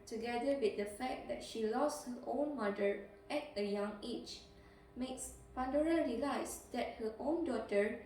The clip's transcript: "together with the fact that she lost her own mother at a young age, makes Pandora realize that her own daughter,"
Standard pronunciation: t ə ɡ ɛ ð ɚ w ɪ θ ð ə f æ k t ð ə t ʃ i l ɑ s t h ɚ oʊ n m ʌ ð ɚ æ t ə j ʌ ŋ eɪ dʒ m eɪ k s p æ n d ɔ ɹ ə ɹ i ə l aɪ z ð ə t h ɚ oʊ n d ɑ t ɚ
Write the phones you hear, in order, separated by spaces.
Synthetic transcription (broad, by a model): t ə ɡ ɛ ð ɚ w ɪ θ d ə f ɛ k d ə t ʃ i l ɑ s t h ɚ oʊ n m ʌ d ɚ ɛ t ə j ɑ ŋ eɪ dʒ m eɪ k s p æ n d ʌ ɹ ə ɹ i l aɪ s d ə t h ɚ oʊ n d ɑ t ɚ